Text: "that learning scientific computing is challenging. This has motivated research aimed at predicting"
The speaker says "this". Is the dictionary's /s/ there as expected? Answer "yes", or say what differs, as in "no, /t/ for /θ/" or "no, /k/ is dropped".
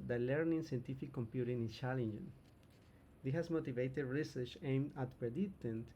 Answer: no, /s/ is dropped